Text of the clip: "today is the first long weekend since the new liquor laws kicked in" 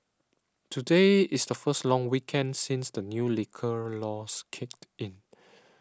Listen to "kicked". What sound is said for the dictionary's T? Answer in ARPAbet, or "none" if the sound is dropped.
T